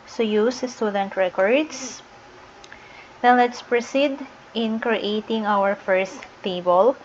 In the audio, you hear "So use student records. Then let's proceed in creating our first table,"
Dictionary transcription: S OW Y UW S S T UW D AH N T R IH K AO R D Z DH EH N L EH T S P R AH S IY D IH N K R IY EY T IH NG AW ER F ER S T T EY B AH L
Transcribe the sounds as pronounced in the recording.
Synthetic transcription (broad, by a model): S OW Y UW S S T UW D AH N T R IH K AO R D S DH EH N L EH T S P R AH S IY D IH N K R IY EY T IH NG AW ER F ER S T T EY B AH L